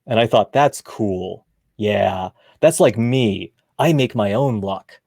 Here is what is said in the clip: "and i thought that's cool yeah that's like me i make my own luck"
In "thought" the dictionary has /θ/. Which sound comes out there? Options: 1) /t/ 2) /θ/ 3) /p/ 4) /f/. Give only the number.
2